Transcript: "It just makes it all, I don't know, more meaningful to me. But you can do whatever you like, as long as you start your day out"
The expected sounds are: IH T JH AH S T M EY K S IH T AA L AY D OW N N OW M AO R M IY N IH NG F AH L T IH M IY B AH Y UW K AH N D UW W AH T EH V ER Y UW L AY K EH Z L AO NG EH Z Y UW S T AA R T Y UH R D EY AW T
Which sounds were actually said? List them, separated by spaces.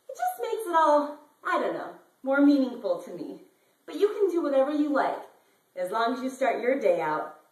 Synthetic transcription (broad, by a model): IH T JH AH S T M EY K S IH T AA L AY D OW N N OW M AO R M IY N IH NG F L T IH M IY B AH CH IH K AH N D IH W AH T EH V ER Y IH L AY K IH Z L AO NG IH Z Y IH S T AA R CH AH R D EY AW T